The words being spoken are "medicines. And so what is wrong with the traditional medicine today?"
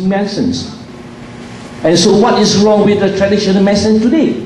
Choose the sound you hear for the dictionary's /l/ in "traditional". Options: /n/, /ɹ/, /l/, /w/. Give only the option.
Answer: /n/